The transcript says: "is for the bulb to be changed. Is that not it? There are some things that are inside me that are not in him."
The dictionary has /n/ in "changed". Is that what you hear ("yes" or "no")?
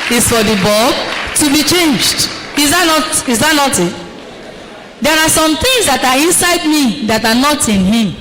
yes